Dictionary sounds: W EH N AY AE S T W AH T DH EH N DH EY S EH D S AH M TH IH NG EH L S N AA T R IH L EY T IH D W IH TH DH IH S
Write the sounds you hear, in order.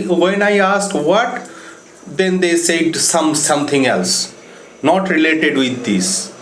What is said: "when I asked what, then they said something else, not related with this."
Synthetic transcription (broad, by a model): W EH N AY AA S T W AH T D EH N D EY S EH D S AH M T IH NG EH L S N AA T R IH L EY T IH D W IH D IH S